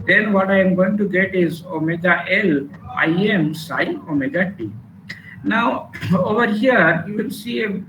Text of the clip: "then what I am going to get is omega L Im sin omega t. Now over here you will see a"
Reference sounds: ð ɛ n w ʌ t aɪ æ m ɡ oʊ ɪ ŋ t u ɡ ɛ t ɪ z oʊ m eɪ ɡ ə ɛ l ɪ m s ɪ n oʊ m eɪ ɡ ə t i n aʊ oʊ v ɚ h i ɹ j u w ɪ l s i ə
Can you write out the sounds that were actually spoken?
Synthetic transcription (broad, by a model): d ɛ n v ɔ t aɪ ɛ m ɡ oʊ ɪ ŋ t u ɡ ɛ t ɪ z oʊ m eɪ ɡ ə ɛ l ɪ m s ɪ oʊ m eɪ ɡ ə t i n aʊ oʊ v ɚ h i ɹ j u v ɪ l s i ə